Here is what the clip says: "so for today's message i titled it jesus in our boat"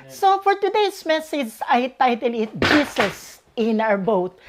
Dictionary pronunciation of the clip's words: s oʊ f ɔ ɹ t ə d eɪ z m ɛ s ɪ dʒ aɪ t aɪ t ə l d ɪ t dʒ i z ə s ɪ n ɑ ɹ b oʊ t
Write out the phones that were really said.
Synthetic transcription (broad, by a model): s oʊ f ɔ ɹ t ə d eɪ s m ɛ s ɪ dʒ aɪ t aɪ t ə l ɪ t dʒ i s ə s ɪ n ɑ ɹ b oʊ t